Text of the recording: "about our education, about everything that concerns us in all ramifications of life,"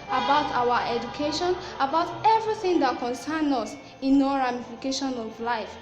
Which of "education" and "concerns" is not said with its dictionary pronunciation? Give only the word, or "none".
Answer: concerns